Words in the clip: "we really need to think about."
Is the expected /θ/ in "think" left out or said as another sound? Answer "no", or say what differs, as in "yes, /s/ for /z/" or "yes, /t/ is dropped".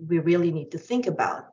no